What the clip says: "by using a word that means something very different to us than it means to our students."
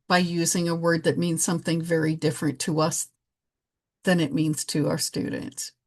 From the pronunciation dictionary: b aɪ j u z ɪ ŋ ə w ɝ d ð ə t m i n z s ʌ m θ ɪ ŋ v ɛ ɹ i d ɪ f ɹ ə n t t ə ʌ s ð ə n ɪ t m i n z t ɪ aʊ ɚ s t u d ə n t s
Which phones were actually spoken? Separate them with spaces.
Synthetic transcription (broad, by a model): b aɪ j u z ɪ ŋ ə w ɝ d ð ə t m i n z s ʌ m θ ɪ ŋ v ɛ ɹ i d ɪ f ɹ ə n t t ə ʌ s ð ə n ɪ t m i n z t ɪ aʊ ɚ s t u d n t s